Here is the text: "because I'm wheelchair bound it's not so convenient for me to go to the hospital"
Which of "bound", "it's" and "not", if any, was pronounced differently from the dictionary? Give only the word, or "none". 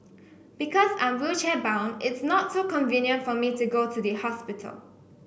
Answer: bound